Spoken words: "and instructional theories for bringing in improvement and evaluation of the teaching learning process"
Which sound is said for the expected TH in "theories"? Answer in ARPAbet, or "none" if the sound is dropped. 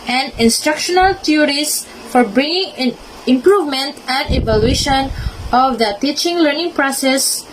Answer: T